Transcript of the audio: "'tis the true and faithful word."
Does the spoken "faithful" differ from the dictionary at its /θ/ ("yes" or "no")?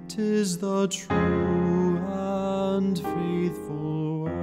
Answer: no